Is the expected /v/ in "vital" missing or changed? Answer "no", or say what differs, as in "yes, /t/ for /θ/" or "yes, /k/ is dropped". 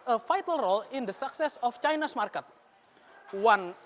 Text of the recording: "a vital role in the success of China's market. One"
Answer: yes, /f/ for /v/